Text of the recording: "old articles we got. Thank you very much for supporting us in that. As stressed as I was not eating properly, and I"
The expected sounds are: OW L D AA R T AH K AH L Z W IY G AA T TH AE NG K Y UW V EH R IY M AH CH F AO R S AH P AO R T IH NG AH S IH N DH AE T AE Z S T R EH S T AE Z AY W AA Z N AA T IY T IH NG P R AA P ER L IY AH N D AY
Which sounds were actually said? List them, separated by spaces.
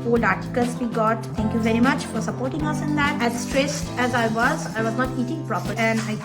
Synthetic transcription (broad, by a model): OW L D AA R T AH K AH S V IY G AA T T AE NG K Y UW V EH R IY M AH CH F AO R S AH P AO R T IH NG AH S IH N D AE T AE Z S T R EH S T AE Z AY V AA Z N AA T IY T IH NG P R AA P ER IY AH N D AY